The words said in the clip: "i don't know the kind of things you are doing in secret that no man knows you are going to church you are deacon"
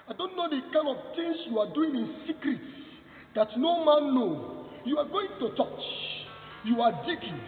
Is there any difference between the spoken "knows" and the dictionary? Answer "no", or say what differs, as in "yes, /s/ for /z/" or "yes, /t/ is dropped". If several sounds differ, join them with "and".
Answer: yes, /z/ is dropped